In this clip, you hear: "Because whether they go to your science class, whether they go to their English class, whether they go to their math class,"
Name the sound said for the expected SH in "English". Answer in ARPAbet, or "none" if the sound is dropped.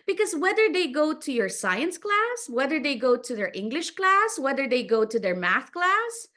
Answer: SH